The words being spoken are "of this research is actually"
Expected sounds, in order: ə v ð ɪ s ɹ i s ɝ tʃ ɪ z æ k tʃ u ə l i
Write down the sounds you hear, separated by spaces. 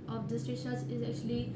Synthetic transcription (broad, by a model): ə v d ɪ s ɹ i ʃ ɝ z ɪ z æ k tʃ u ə l i